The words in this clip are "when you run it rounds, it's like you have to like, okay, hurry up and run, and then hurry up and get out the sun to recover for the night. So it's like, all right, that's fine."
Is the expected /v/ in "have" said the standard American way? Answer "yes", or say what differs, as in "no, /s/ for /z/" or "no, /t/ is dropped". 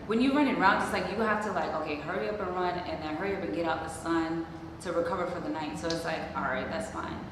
no, /f/ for /v/